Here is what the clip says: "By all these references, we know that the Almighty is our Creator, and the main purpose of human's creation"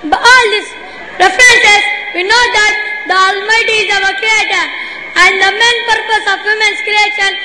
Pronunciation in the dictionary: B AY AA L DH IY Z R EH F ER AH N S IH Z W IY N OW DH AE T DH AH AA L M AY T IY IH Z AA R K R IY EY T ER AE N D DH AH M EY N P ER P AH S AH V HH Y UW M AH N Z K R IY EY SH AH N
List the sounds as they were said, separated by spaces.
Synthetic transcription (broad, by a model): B AA L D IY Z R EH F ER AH N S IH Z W IY N OW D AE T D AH AA L M AY T IY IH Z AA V K R IY EY T ER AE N D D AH M EY N P ER P AH S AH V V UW M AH N S K R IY EY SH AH N